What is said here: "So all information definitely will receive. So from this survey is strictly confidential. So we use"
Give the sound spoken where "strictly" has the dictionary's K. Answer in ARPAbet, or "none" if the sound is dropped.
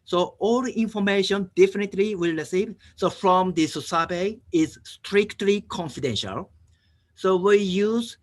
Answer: K